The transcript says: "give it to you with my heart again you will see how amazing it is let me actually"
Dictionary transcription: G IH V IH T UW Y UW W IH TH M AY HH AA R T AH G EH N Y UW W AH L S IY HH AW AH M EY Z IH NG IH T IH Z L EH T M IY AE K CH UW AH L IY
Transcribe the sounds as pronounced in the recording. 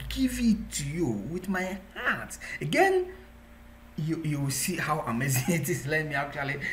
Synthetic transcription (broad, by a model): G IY V IH T UW Y UW W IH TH M AY HH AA T AH G EH N Y UW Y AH W S IY HH AW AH M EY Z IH IH T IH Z L EH T M IY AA K CH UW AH L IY